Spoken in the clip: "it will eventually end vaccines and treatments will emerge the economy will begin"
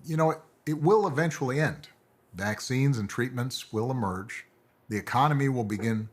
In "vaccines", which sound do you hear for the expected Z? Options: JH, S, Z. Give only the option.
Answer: Z